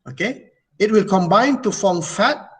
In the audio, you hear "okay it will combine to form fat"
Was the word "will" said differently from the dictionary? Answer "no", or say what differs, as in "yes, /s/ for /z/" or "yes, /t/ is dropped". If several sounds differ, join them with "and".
no